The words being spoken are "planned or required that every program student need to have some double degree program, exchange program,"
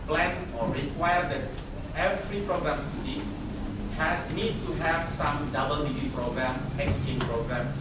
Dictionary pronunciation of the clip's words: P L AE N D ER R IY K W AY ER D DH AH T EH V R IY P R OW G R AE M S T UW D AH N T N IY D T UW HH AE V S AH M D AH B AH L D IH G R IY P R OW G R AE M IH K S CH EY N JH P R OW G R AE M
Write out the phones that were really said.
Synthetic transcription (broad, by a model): P L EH N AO R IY K W AY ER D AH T EH V R IY P R OW G R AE M S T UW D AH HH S N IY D T UW HH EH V S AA M D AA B AH L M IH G IY P R OW G R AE M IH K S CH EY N P R OW G R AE M